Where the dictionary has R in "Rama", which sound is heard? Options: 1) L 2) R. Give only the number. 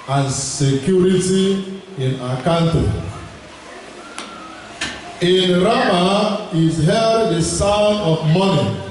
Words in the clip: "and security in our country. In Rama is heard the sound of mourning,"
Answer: 2